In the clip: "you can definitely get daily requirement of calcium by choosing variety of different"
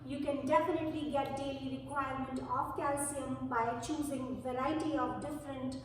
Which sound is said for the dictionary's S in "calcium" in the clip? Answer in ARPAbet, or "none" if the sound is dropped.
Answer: S